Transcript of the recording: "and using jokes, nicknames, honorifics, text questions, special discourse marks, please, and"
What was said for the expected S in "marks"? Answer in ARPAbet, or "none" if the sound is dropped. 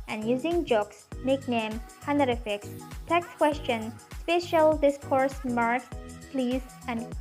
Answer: none